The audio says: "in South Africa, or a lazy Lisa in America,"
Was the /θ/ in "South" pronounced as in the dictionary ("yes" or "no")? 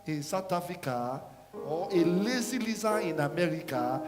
no